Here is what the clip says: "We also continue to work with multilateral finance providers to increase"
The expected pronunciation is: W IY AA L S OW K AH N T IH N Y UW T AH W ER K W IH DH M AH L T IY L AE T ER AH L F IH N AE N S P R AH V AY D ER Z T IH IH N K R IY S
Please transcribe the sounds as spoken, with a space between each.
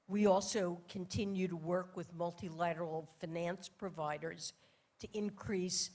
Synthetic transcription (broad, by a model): W IY AA L S OW K AH N T IH N Y UW T AH W ER K W IH DH M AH L T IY L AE T ER L F IH N AE N S P R AH V AY D ER Z T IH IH N K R IY S